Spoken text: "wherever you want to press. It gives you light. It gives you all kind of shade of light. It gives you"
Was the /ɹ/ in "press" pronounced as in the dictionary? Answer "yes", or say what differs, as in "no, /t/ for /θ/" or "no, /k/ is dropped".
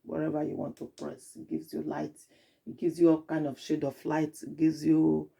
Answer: yes